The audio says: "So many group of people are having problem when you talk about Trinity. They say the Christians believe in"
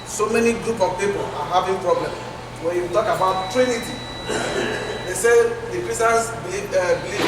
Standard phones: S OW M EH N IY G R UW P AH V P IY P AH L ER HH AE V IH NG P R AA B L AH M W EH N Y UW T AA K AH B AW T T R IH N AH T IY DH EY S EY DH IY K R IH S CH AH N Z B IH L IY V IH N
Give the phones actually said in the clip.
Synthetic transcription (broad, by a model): S OW M EH N IY G R UW P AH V P IY P AH L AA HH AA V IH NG P R AA B L AH M W EH N Y UW T AA K AH B AW T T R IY N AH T IY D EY S EY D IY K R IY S AH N S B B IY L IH